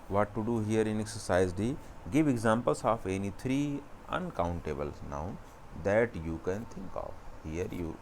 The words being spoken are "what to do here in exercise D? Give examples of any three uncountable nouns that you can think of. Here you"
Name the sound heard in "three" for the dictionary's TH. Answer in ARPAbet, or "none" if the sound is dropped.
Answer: T